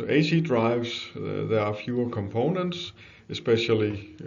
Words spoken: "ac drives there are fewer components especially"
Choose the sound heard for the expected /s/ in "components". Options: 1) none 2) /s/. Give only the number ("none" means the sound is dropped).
2